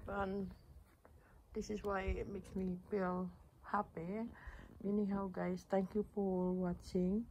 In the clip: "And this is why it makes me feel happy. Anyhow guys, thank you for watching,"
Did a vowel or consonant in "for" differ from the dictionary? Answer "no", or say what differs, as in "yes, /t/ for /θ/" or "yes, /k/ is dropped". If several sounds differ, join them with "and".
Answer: yes, /p/ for /f/ and /l/ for /ɹ/